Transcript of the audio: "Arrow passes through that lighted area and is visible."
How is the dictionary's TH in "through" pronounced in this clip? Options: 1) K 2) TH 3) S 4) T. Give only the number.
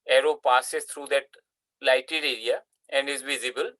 4